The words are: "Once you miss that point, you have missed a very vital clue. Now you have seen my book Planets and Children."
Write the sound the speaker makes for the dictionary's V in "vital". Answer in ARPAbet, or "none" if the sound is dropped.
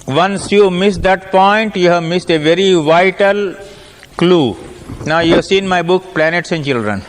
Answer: V